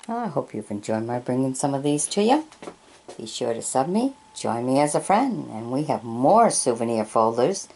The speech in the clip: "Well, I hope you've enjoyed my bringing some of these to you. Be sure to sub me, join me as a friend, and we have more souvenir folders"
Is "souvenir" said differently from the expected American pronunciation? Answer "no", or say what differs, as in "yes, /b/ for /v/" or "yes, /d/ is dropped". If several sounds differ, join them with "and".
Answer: no